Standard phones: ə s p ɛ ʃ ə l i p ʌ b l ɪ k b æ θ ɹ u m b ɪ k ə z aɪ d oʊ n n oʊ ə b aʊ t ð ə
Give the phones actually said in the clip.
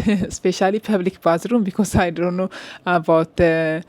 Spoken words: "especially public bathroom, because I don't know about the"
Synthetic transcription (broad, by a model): s p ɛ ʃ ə l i p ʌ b l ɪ k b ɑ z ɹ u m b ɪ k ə s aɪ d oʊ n n oʊ ə b aʊ t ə